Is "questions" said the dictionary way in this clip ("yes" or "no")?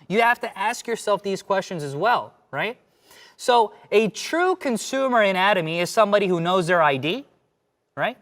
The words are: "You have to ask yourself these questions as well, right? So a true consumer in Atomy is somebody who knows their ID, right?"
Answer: yes